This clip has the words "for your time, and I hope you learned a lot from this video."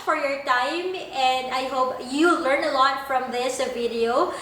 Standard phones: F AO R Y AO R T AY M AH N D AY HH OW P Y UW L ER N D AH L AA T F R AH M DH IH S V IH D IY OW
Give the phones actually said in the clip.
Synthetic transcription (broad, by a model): F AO R Y AO R T AY M AH N D AY HH OW P Y UW L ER N AH L AA T F R AH M DH IH S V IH D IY OW